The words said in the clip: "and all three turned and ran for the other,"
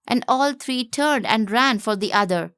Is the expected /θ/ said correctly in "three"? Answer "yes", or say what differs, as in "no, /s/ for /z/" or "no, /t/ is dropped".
no, /t/ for /θ/